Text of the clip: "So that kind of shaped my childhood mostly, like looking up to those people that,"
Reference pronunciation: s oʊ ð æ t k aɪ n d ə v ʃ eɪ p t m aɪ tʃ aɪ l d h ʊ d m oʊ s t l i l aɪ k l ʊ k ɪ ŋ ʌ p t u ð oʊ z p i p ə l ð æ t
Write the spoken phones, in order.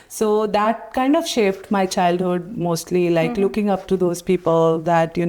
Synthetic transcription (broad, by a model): s oʊ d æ t k aɪ n d ə v ʃ eɪ f t m aɪ tʃ aɪ l d h ʊ d m oʊ s t l i l aɪ k l ʊ k ɪ ŋ ʌ p t u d oʊ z p i p ə l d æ t